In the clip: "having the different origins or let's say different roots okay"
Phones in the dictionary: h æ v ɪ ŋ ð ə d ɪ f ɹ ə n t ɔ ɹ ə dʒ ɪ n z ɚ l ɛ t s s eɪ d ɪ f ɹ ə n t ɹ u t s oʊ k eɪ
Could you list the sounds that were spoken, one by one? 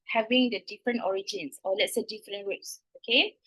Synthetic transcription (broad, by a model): h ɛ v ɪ ŋ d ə d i f ɹ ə n t ɔ ɹ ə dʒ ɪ n s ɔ l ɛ t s s eɪ d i f ɹ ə n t w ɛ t s oʊ k eɪ